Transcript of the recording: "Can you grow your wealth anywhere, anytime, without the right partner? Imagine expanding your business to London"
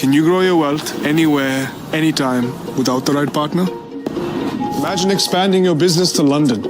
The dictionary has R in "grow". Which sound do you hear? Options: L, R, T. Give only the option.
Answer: R